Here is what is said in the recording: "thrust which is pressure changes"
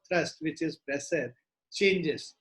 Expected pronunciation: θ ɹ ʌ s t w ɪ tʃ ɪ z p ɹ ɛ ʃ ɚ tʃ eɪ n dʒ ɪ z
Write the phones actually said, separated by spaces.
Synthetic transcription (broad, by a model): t ɹ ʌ s t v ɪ tʃ ɪ z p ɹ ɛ s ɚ tʃ eɪ n dʒ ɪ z